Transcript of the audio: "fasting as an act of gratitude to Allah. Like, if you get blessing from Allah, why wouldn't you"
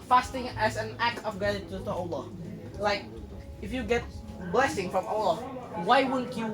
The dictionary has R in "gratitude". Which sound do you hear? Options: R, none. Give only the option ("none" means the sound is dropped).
none